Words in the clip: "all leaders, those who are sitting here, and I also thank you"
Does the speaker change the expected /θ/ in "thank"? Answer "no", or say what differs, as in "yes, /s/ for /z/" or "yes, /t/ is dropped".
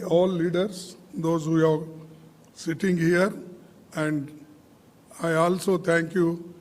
yes, /t/ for /θ/